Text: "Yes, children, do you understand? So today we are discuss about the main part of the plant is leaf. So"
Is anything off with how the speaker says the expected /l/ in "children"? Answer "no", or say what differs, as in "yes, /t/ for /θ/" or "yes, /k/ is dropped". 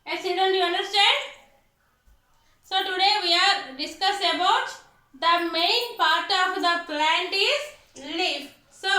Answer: yes, /l/ is dropped